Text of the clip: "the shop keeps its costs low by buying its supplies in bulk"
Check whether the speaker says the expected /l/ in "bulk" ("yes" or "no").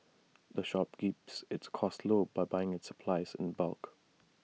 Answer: yes